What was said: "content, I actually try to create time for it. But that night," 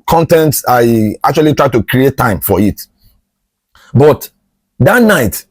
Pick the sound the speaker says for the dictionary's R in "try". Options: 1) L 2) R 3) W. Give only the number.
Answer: 2